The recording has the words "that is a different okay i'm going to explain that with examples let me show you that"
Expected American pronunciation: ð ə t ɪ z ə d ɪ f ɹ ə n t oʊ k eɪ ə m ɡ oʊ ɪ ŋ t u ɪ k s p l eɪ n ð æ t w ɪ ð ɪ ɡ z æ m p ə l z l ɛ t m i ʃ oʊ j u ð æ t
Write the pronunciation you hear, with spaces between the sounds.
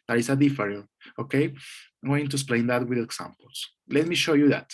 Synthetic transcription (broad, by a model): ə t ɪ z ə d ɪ f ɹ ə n oʊ k eɪ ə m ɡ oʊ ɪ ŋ t u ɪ s p l eɪ n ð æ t w ɪ ð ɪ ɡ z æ m p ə l s l ɛ t m i ʃ oʊ j u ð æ t